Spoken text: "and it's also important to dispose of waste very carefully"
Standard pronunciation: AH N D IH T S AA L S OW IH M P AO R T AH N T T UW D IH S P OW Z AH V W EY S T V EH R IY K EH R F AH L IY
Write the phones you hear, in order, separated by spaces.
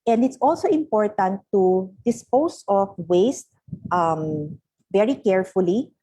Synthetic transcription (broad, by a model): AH N D IH T S AA L S OW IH M P AO R T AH N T T UW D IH S P OW S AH F W EY S T V EH R IY K EH R F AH L IY